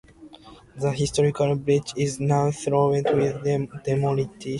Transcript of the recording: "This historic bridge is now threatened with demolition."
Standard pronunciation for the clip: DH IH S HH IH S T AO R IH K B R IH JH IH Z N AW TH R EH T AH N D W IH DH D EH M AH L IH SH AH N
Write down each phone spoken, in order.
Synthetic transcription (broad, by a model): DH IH HH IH S T AO R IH K B R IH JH IH Z N AW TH R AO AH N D W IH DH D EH M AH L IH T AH